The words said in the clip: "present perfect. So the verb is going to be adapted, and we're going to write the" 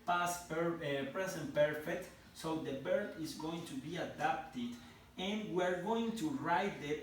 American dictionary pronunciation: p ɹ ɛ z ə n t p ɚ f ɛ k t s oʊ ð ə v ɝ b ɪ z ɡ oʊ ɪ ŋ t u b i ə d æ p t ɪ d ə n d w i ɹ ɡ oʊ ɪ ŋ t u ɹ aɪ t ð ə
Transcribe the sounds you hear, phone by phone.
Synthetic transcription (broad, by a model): p ɹ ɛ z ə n p ɚ f ɛ k t s oʊ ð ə b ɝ ɪ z ɡ oʊ ɪ ŋ t u b i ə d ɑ p t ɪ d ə n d w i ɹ ɡ oʊ ɪ ŋ t u ɹ aɪ t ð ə